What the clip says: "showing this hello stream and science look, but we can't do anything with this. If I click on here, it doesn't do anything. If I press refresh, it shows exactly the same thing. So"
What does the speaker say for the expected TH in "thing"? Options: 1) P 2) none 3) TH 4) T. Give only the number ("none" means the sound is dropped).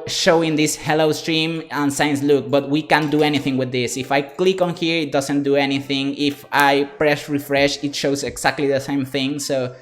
3